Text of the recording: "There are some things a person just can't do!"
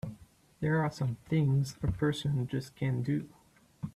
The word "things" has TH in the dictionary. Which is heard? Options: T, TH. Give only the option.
TH